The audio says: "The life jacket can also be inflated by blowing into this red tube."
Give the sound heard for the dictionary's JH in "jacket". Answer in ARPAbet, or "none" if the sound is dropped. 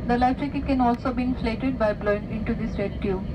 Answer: CH